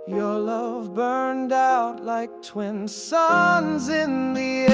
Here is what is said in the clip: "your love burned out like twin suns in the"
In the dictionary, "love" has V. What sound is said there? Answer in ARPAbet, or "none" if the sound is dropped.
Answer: V